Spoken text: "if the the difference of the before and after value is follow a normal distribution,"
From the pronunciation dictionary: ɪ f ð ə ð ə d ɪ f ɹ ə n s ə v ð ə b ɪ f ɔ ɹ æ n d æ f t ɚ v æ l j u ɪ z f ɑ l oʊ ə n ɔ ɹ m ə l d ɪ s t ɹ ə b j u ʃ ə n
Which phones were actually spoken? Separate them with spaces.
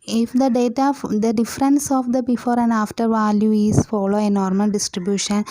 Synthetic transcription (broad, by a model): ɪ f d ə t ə d ɪ f ɹ ə n s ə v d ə b ɪ f ɔ ɹ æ n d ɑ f t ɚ v æ l j u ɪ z f ɑ l oʊ ə n ɔ ɹ m ə l d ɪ s t ɹ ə b j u ʃ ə n